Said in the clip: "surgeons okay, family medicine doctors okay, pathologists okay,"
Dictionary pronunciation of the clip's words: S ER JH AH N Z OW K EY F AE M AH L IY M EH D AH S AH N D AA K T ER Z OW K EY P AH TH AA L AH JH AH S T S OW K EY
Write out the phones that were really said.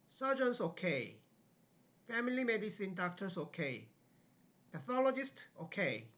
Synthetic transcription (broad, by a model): S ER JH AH N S OW K EY F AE M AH L IY M EH D AH S AH N D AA K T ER S OW K EY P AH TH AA L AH JH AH S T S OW K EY